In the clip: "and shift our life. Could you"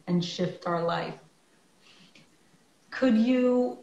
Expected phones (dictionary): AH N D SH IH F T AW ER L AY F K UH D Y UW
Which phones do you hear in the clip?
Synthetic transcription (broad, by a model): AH N SH IH F T AW ER L AY F K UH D Y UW